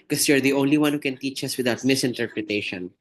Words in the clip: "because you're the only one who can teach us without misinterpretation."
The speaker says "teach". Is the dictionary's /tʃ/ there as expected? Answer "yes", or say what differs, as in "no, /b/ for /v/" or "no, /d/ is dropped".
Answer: yes